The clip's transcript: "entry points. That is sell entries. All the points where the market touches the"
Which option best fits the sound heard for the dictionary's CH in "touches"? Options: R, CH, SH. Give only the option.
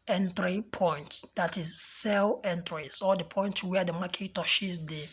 SH